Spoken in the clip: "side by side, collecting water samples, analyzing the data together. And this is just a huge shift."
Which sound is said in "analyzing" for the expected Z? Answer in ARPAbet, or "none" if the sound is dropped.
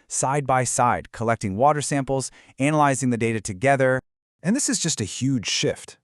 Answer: Z